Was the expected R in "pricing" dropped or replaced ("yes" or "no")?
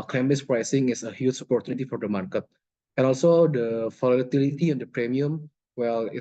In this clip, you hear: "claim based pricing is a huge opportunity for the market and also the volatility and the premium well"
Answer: no